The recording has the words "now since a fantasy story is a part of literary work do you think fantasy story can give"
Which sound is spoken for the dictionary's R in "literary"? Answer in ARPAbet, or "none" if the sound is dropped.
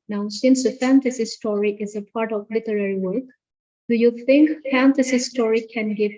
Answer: R